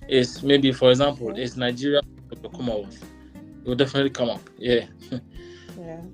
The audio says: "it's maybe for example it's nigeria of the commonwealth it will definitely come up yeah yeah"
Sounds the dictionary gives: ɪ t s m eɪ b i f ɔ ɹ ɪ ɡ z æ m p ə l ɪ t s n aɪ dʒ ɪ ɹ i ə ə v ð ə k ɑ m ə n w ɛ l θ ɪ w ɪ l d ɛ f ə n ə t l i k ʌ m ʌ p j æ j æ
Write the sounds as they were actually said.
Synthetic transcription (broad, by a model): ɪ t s m eɪ b i f ɔ ɹ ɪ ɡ z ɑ m p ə l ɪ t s n aɪ dʒ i ɹ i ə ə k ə k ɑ m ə w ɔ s ɪ w ɪ l d ɛ f ə n ə t l i k ʌ m ʌ p j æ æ